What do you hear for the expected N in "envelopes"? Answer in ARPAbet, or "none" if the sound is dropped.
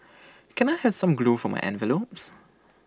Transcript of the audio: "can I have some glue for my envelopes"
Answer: N